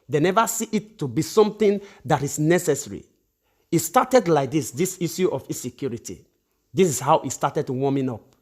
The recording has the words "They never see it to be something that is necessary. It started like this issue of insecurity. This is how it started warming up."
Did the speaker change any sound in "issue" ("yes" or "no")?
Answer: yes